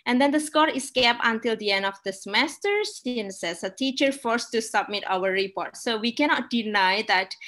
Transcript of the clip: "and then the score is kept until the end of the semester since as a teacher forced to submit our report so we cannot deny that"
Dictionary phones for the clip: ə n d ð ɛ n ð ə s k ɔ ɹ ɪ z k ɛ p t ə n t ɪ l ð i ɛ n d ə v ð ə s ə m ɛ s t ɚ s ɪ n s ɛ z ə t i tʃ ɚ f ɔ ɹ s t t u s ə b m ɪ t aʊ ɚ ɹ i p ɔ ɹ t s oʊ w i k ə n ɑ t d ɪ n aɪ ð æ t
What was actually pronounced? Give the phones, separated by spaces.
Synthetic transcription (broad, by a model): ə n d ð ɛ n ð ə s k ɔ ɹ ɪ s k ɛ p ə n t ɪ l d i ɛ n d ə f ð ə s ə m ɛ s t ɚ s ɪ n s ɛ s ə t i tʃ ɚ f ɔ ɹ s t t u s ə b m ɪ t aʊ ɚ ɹ i p ɔ ɹ t s oʊ w i k ə n ɑ t d ɪ n aɪ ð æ t